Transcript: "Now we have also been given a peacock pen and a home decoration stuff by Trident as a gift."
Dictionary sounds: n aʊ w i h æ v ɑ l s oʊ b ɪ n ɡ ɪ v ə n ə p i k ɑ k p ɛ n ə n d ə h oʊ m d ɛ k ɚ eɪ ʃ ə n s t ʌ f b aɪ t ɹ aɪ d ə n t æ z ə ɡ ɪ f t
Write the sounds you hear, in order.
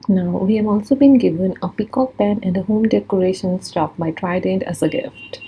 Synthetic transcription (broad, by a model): n aʊ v i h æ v ɑ l s oʊ b ɪ n ɡ ɪ v ə n ə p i k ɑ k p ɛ n ə n d ə h oʊ m d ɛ k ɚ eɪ ʃ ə n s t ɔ p b aɪ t ɹ aɪ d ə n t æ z ə ɡ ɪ f t